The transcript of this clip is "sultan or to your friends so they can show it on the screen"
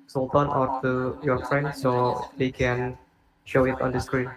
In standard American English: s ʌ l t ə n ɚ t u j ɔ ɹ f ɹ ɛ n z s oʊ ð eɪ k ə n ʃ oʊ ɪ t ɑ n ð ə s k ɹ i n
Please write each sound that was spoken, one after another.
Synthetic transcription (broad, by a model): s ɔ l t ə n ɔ t u j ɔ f ɹ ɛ n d s oʊ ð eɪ k ə n ʃ oʊ ɪ t ɑ n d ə s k ɹ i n